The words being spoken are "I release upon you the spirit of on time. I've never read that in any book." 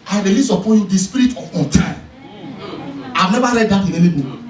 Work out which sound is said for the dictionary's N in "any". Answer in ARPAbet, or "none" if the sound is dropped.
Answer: L